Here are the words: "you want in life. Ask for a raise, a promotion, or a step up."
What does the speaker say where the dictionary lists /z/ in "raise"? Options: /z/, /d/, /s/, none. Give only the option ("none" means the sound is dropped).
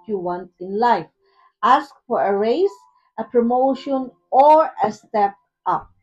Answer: /s/